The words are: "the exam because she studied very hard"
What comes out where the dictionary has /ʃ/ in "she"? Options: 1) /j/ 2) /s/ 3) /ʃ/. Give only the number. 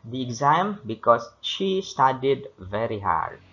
3